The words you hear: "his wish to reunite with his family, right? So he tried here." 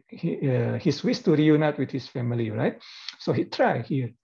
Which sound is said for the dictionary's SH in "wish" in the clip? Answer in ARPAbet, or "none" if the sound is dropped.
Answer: S